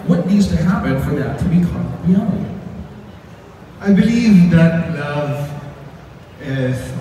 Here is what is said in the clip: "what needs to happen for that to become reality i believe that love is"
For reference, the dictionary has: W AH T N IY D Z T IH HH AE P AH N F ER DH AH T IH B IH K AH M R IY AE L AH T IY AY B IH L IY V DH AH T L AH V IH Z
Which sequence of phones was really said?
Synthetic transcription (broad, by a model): W AH T N IY D Z T IH HH AE P AH N F ER DH AH T IH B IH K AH R IY AE L AH T IY AY B IH L IY V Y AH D L AH V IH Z